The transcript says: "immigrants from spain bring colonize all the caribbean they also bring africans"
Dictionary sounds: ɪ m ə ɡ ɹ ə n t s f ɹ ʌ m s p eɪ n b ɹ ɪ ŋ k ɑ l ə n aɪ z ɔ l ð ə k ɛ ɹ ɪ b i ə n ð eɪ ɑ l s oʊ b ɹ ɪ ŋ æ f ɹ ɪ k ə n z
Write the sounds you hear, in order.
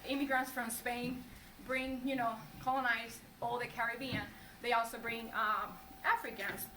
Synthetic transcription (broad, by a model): ɪ m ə ɡ ɹ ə n t s f ɹ ʌ m s p eɪ n b ɹ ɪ ŋ k ɑ l ə n aɪ z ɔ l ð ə k ɛ ɹ ɪ b i ə n ð eɪ ɑ l s oʊ b ɹ ɪ ŋ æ f ɹ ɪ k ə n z